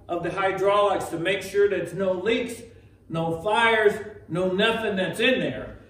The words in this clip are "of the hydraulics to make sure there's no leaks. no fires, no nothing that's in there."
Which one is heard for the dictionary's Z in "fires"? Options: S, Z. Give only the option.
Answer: Z